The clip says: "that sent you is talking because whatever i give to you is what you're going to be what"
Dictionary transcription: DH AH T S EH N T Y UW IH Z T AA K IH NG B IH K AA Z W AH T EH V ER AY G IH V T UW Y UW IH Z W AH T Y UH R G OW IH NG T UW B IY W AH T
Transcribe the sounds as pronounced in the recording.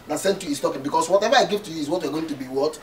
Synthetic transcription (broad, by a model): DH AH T S EH N T Y UW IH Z T AA K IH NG B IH K AA S W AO T EH V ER AY G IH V T UW Y UW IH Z W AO T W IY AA G OW IH NG T UW B IY W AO T